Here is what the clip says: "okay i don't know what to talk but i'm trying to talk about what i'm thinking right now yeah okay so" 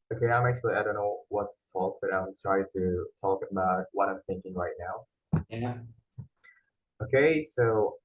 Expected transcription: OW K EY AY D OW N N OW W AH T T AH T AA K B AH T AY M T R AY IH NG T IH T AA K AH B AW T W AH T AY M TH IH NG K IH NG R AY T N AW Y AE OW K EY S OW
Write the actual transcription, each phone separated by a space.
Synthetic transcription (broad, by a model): OW K EY AY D OW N N OW W AH T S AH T AA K B AH T AY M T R AY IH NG T IH T AA K AH B AW T W AH T AY M TH IH NG K IH NG R AY T N AW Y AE OW K EY S OW